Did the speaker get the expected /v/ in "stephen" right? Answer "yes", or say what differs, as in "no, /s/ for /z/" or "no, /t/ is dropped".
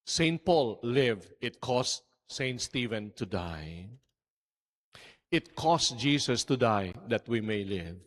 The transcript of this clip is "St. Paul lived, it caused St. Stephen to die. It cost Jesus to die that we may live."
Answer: yes